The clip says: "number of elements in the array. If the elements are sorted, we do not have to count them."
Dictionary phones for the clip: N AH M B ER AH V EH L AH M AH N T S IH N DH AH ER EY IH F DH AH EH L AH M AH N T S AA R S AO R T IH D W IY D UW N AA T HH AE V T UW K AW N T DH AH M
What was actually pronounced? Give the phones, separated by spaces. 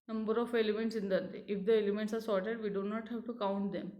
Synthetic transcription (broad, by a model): N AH M B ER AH F EH L AH M AH N T S IH N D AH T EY IH F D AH EH L AH M AH N T S AA R S AO R T IH D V IY D UW N AA T HH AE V T UW K AW N T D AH M